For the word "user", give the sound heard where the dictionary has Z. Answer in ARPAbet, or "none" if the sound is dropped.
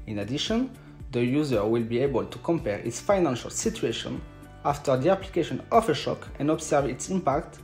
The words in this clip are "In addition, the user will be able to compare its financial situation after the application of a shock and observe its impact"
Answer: Z